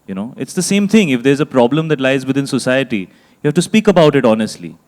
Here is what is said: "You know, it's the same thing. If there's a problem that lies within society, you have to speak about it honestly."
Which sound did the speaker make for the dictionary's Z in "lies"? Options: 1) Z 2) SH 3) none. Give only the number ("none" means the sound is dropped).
1